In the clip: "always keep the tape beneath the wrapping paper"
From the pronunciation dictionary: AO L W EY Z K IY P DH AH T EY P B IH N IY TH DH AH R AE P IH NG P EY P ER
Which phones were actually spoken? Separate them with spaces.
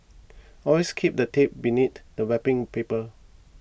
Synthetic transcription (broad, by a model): AO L W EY S K IY P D AH T EY P B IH N IY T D AH W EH P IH NG P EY P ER